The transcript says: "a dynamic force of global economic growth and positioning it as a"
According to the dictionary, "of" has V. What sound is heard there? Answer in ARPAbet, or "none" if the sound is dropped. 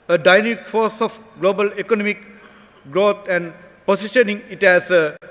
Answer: F